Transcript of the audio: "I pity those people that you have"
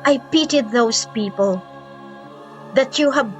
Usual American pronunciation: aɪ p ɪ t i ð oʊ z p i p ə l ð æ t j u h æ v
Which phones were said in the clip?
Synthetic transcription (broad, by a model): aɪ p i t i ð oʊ s p i p ə l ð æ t j u h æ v